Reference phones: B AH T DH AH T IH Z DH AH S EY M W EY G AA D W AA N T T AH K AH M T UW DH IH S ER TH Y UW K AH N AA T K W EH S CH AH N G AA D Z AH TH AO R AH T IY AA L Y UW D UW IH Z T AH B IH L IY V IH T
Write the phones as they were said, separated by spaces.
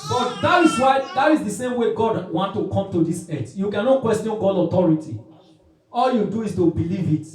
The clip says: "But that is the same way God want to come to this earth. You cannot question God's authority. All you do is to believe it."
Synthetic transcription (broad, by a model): B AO T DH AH T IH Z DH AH S EY M W EY G AA D W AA N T T AH K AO M T UW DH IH S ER T Y UW K AH N AA T K W EH S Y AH N G AA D AH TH AO R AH T IY AA L Y UW D UW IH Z T AH B IH L IY V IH T